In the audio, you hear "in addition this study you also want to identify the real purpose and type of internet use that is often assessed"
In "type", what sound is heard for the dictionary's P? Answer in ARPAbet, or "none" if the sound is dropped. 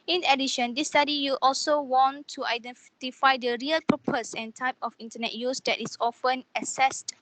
P